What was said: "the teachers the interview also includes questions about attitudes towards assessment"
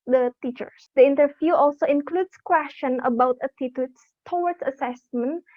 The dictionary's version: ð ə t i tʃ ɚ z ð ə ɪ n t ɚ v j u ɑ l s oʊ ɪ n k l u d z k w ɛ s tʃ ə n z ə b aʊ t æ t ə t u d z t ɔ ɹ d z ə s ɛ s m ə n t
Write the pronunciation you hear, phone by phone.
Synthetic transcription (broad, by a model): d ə t i tʃ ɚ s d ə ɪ n t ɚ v j u ɑ l s oʊ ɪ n k l u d s k w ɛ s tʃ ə n ə b aʊ t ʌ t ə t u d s t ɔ w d s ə s ɛ s m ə n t